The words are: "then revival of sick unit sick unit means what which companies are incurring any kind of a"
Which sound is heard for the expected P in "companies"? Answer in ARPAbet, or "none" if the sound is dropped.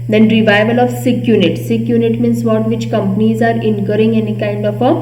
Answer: P